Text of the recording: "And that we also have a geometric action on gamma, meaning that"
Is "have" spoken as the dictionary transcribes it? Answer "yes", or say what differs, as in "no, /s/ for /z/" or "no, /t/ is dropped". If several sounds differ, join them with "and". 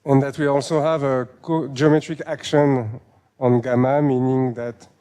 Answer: yes